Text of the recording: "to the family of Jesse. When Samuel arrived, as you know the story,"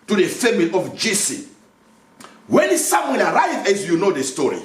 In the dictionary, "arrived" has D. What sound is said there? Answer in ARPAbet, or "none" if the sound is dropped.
none